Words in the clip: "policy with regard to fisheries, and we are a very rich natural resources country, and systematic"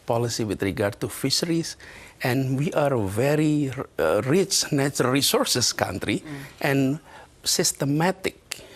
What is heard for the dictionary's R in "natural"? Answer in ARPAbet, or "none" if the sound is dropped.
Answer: none